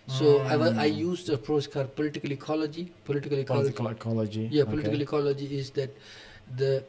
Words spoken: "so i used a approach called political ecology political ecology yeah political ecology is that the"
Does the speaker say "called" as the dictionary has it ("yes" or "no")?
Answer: no